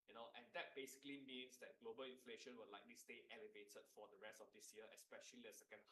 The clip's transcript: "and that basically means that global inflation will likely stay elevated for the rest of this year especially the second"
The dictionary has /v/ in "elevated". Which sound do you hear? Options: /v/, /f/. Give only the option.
/v/